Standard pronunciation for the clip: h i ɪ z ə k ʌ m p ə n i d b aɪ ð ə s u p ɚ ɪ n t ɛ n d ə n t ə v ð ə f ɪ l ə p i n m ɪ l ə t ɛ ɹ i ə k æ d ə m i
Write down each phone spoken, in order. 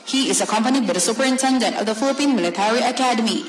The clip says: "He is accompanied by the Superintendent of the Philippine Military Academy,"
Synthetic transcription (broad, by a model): h i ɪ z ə k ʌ m p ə n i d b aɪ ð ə s u p ɚ ɪ n t ɛ n d ə n t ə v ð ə f ɪ l ə p i n m ɪ l ə t ɛ ɹ i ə k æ d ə m i